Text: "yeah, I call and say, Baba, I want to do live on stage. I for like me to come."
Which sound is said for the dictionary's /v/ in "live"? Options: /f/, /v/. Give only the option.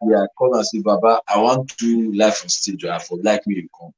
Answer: /f/